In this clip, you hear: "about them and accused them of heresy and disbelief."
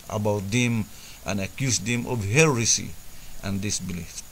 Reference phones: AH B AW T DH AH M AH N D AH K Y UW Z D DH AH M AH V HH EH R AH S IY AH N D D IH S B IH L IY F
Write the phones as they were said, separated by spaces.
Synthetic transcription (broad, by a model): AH B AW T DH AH M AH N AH K Y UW S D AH M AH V HH EH R AH S IY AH N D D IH S B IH L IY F